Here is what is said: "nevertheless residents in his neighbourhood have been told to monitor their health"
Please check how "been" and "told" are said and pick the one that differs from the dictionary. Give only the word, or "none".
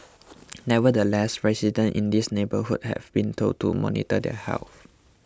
told